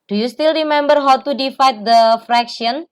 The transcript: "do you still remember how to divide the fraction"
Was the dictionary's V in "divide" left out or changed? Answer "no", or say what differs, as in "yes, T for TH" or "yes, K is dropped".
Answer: yes, F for V